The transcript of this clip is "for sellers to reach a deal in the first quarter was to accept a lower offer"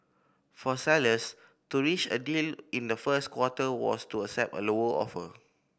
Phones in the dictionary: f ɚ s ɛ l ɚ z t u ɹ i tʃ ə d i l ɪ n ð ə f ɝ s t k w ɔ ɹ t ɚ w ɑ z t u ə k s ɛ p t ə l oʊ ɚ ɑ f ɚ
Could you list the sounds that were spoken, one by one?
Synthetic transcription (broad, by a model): f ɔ s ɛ l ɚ s t u ɹ i tʃ ə d i l ɪ n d ə f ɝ s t k w ɔ t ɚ w ɑ s t u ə s ɛ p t ə l oʊ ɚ ɑ f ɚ